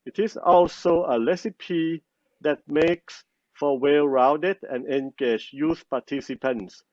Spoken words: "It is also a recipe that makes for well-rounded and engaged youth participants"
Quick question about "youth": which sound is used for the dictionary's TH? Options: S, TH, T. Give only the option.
S